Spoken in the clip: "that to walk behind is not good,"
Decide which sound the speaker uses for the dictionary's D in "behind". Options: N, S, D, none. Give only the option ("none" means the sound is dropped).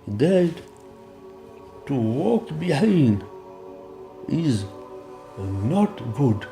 none